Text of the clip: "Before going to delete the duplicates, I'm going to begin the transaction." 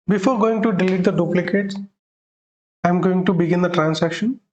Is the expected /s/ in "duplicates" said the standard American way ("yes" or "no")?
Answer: no